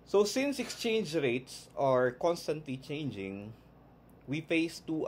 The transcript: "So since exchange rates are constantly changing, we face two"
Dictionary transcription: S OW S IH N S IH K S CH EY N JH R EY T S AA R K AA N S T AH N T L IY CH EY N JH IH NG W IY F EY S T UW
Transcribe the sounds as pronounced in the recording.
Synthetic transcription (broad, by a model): S OW S IH N S IH K S CH EY N JH R EY T S AA R K AA N S T AH N T L IY CH EY N JH IH NG W IY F EY S T UW